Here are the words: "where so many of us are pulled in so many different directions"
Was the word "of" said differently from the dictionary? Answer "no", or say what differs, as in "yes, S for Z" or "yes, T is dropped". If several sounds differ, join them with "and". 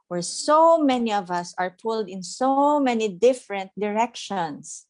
no